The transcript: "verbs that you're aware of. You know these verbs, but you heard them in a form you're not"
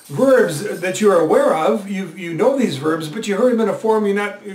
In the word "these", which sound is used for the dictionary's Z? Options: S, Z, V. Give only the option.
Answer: Z